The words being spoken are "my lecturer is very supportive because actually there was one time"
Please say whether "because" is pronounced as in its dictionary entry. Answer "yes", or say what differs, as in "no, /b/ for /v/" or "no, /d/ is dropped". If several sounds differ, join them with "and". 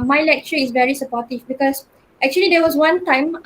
no, /s/ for /z/